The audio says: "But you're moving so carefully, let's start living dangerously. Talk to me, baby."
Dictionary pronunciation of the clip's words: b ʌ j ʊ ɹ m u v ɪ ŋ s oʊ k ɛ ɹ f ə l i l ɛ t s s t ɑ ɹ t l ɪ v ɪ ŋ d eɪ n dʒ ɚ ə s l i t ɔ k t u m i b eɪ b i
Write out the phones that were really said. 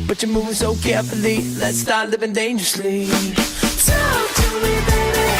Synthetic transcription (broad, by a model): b ʌ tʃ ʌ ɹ m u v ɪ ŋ s oʊ k ɛ ɹ f ə l i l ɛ t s s t ɑ ɹ t l ɪ v ɪ ŋ d eɪ n dʒ ɚ ə s l i s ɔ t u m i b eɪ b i